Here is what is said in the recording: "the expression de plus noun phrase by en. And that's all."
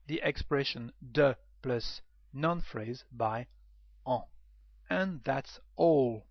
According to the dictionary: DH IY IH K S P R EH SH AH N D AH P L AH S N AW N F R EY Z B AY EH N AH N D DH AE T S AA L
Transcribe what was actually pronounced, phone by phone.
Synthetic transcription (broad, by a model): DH IY IH K S P R EH SH AH N D AH P L AH S N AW N F R EY Z B AY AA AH N DH AE T S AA L